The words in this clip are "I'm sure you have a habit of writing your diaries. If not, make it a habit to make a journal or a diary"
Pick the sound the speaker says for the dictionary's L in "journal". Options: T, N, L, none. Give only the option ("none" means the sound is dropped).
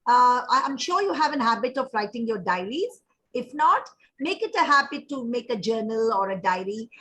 L